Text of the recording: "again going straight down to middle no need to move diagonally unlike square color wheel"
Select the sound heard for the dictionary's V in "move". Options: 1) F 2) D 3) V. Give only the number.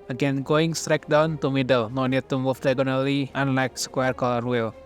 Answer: 1